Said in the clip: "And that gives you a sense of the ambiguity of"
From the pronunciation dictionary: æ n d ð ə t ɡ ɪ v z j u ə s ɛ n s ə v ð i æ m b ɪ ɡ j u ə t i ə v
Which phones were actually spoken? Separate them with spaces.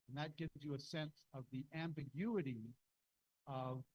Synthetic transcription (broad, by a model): n ð ə t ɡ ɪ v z j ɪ ə s ɛ n s ə v ð i æ m b ɪ ɡ j u ə t i ə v